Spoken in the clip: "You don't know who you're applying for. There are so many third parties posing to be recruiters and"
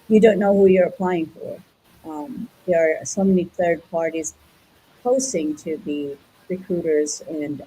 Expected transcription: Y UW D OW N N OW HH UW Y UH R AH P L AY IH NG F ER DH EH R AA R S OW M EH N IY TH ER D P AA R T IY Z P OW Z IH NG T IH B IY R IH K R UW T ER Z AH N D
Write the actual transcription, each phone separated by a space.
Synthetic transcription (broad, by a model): Y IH D OW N N OW HH UW Y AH R AH P L AY IH NG F ER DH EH R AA R S OW M EH N IY TH ER D P AA R T IY Z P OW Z IH NG T IH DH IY R IH K R UW T ER Z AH N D